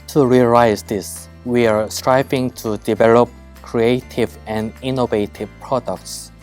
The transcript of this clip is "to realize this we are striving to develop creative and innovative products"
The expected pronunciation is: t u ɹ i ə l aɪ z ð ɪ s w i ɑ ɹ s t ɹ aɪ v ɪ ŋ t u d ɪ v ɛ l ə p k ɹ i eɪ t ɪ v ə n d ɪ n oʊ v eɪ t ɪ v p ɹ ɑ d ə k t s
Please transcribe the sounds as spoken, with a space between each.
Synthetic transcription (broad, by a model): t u ɹ i ə l aɪ z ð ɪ s w i ɑ ɹ s t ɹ aɪ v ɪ ŋ t u d ɪ v ɛ l ə p k ɹ i eɪ t ɪ v ə n d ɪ n oʊ v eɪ t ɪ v p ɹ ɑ d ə k t s